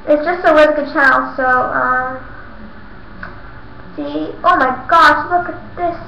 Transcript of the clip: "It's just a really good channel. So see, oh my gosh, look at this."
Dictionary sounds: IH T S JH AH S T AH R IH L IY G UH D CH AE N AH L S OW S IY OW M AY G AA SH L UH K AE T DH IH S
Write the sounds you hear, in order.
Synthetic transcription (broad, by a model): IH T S JH AH S T AH L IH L G UH D CH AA AH L S OW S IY OW M AY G AA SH L UH K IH T DH IH S